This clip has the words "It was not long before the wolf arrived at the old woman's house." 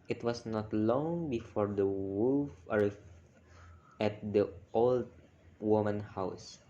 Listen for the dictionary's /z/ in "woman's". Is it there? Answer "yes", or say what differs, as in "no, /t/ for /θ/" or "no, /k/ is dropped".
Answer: no, /z/ is dropped